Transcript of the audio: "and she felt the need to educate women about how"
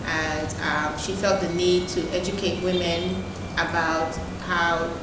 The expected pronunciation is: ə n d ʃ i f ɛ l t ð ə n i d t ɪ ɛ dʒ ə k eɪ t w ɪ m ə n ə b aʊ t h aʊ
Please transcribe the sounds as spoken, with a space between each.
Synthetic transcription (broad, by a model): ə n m ʃ i f ɛ l t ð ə n i d t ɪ ɛ dʒ ə k eɪ t w ɪ m ə n ə b aʊ t h aʊ